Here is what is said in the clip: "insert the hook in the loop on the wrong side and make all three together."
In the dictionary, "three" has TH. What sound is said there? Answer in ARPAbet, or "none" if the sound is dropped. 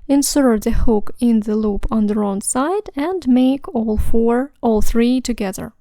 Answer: TH